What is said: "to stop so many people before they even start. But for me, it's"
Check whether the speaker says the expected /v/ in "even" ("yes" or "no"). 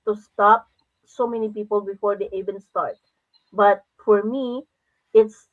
no